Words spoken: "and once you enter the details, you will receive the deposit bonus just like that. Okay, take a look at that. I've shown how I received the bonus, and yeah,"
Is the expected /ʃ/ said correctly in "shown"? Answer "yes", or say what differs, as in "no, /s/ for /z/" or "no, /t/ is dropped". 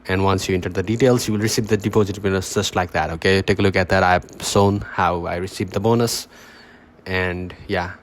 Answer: no, /s/ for /ʃ/